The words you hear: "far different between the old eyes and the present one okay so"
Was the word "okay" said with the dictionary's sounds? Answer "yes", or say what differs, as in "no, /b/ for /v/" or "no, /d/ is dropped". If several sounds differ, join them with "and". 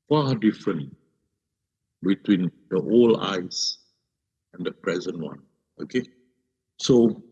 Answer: yes